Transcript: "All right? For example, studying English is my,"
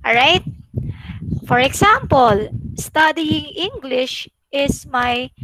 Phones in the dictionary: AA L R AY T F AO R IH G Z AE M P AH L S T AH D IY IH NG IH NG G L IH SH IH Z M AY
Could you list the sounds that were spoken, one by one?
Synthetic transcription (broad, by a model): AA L R AY T F AO R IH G S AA M P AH L S T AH D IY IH NG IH NG G L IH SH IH S M AY